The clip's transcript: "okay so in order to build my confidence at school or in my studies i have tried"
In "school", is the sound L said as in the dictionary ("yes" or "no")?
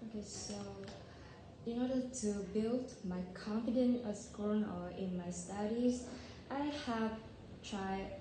no